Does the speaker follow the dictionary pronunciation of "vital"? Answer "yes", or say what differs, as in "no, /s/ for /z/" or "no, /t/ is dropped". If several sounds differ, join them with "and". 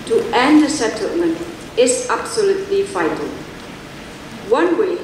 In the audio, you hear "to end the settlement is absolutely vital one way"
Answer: no, /f/ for /v/